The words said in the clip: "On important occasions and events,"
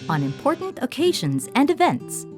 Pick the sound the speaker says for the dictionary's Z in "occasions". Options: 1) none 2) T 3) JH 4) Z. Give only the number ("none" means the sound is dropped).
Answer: 4